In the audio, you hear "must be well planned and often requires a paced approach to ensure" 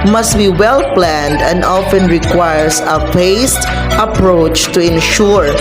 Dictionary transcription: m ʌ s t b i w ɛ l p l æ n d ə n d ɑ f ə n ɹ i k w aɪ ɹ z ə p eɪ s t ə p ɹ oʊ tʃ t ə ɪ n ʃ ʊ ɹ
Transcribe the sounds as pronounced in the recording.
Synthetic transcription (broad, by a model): m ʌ s t b i w ɛ l p l æ n d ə n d ɑ f ə n ɹ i k w aɪ ɹ s ə f eɪ s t ə p ɹ oʊ tʃ t ə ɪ n ʃ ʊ ɹ